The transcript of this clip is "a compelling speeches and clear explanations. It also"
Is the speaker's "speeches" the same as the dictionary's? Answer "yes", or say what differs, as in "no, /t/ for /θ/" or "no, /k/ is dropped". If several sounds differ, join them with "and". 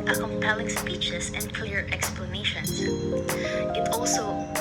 no, /s/ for /z/